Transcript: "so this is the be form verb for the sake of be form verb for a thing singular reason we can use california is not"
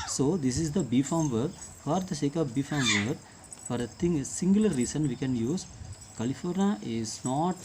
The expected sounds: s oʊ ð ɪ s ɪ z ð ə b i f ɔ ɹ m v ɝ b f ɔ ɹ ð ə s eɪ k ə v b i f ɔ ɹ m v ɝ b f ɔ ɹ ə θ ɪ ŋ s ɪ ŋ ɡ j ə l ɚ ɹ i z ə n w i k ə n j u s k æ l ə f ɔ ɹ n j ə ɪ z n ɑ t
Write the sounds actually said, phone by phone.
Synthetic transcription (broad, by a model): s oʊ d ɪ s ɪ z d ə b i f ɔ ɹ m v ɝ f ɔ ɹ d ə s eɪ k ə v b i f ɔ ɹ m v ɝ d f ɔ ɹ ə t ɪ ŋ s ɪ ŋ ɡ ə l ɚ ɹ i s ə n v i k ə n j u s k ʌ l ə f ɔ ɹ n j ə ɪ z n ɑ t